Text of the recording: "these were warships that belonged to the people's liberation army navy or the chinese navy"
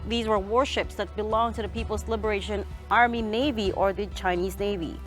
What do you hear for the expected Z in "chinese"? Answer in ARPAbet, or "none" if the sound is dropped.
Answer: Z